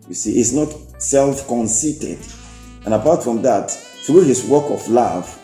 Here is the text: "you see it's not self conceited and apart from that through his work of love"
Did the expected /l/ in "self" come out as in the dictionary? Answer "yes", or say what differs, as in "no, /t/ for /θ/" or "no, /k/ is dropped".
yes